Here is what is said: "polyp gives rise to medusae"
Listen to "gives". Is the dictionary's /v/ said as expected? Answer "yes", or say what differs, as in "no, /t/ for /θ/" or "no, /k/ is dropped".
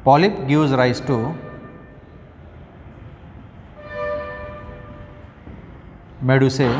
no, /w/ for /v/